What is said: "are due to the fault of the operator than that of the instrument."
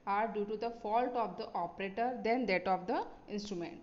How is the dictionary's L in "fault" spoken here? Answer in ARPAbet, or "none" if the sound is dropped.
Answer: L